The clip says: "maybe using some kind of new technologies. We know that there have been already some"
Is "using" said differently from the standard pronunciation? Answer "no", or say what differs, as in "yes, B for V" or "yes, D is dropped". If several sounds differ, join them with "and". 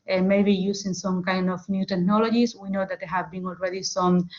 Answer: yes, S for Z